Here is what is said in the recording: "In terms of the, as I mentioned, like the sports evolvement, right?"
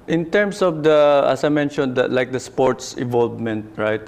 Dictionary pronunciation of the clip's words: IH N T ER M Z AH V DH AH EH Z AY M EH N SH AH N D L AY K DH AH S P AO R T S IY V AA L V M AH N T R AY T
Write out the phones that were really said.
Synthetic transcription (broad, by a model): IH N T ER M S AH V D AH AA S AY M EH N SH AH N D L AY K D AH S P AO R T S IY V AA L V M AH N T R AY T